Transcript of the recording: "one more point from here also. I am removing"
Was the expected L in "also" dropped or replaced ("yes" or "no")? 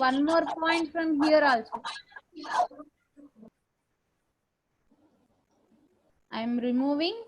no